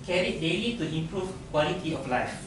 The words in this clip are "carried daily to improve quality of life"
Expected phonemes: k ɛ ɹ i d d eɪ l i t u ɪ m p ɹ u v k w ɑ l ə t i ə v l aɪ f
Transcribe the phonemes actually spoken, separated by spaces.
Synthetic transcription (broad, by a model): k ɛ ɹ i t d eɪ l i t u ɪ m p ɹ u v k w ɑ l ə t i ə f l aɪ f